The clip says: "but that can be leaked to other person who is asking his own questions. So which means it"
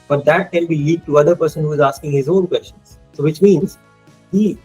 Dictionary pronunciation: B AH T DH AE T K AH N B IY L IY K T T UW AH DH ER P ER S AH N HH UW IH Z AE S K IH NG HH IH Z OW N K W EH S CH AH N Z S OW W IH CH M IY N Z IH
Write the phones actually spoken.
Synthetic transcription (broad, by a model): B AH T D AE T K AH N B IY L IY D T T UW AH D ER P ER S AH N HH UW IH Z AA S K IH NG HH IH Z OW N K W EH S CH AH N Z S OW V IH CH M IY N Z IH